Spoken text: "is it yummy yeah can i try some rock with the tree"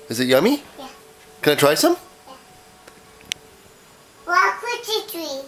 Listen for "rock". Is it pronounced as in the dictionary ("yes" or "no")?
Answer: no